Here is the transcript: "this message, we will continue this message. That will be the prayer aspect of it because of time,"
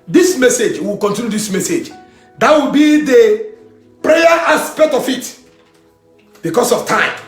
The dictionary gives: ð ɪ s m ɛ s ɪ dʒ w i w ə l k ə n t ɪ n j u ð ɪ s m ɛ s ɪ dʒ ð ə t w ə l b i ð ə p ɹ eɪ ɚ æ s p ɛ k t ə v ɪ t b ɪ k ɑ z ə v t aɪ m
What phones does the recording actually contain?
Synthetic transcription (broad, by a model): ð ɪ s m ɛ s ɪ dʒ w i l k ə n t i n j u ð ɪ s m ɛ s ɪ dʒ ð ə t w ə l b i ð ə p ɹ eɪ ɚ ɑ s p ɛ k t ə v ɪ t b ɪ k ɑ s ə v t aɪ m